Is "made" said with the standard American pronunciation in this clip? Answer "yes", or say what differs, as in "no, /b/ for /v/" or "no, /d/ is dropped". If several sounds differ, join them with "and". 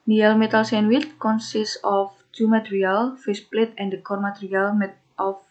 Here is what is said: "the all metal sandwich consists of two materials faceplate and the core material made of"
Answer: no, /d/ is dropped